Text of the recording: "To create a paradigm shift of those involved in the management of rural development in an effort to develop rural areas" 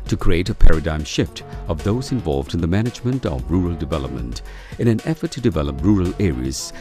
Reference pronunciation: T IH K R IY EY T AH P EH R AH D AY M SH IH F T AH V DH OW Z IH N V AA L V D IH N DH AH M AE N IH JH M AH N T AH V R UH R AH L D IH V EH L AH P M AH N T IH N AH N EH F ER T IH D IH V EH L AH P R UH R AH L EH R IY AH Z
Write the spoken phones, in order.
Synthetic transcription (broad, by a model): T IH K R IY EY T AH P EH R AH D AY M SH IH F T AH V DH OW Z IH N V AA L V D IH N DH AH M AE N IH JH M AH N T AH V R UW R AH L D IH V EH L AH P M AH N T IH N AH N EH F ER T IH D IH V EH L AH P R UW R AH L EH R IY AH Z